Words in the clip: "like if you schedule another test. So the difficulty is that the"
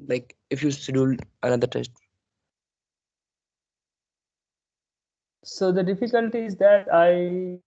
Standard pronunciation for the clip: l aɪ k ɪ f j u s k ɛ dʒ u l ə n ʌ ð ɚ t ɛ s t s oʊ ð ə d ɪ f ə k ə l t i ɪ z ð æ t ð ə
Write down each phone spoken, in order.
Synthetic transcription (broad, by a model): l aɪ k ɪ f j u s ɛ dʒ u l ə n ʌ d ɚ t ɛ s t s oʊ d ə d ɪ f ə k ə l t i ɪ z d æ t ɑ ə